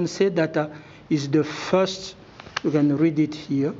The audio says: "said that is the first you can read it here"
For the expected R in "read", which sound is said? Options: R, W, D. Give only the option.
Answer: R